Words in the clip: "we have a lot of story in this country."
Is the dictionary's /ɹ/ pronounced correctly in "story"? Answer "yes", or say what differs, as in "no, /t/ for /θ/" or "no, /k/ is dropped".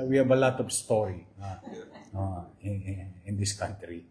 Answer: no, /l/ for /ɹ/